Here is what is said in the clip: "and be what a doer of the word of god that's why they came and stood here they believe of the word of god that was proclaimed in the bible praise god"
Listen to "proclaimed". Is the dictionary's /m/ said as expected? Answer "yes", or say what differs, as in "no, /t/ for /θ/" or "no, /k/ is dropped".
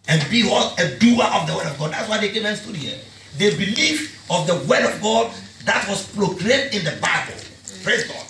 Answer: no, /m/ is dropped